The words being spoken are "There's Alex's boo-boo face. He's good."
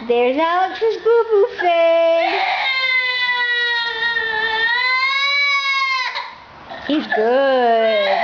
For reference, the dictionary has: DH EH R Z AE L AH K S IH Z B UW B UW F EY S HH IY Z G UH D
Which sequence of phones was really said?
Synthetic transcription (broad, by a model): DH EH R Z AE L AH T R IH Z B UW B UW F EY HH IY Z G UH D